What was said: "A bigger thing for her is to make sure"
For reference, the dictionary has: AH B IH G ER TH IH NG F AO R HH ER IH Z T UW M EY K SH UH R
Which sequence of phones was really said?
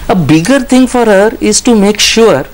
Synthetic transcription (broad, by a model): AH B IH G ER T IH NG F AO R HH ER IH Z T UW M EY K SH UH R